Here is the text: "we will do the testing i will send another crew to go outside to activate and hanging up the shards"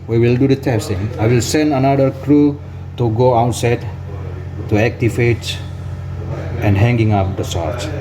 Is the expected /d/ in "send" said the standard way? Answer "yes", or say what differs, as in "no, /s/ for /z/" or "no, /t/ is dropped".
yes